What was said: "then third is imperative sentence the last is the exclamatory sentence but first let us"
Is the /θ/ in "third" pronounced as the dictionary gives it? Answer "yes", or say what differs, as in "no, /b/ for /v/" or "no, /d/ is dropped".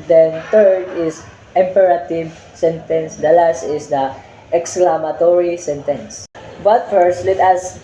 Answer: no, /t/ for /θ/